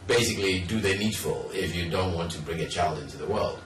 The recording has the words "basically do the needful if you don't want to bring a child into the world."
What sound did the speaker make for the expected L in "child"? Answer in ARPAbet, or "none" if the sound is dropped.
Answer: L